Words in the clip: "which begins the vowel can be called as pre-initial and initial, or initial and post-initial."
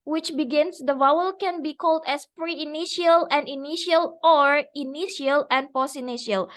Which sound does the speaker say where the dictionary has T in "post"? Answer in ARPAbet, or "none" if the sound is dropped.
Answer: none